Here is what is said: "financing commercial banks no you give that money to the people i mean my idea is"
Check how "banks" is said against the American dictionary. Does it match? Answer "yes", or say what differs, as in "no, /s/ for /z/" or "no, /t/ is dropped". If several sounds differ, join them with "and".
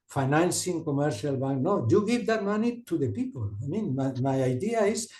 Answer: no, /s/ is dropped